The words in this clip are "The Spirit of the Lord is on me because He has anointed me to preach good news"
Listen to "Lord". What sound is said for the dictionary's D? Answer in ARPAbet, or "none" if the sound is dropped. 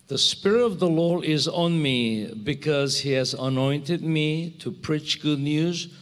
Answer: none